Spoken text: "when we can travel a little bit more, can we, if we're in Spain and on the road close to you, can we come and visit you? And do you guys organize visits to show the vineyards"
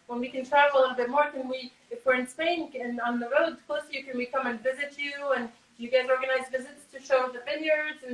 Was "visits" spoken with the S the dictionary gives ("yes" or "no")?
yes